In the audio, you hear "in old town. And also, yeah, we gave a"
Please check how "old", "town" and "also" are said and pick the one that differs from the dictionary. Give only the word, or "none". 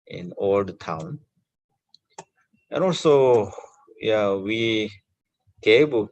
none